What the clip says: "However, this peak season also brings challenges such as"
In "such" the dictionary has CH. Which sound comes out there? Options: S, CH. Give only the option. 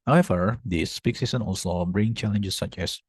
CH